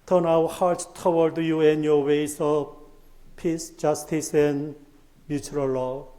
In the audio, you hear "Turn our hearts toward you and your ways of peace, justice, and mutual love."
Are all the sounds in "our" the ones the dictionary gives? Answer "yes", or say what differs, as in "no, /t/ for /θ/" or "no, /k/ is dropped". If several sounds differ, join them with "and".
no, /w/ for /ɹ/